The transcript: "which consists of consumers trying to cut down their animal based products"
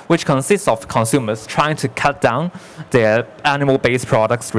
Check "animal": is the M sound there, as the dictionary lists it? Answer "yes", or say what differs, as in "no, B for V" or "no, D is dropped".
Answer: no, M is dropped